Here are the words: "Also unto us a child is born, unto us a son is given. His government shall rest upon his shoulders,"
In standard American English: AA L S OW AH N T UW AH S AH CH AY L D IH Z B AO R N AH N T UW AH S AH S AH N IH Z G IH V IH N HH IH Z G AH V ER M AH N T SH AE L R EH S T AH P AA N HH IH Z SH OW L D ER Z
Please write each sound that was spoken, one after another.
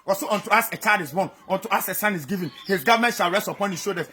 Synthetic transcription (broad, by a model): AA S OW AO N T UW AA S AH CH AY D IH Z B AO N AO N T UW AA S AH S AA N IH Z G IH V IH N HH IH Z G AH V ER M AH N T SH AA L R EH S T AH P AA N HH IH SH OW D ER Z